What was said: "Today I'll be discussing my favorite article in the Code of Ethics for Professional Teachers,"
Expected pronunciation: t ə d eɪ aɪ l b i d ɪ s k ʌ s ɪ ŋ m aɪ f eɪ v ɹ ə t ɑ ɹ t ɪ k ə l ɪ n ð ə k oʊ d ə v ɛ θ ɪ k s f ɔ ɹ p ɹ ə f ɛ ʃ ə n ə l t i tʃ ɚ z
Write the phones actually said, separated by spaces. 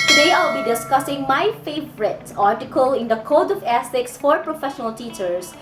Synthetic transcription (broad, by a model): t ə d eɪ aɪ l b i d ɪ s k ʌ s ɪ ŋ m aɪ f eɪ v ɹ ə t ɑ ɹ t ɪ k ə l ɪ n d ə k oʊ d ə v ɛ s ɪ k s f ɔ ɹ p ɹ ə f ɛ ʃ ə n ə l t i tʃ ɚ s